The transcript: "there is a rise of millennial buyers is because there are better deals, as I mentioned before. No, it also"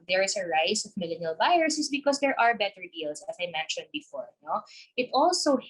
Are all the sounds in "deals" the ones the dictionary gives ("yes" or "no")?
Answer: no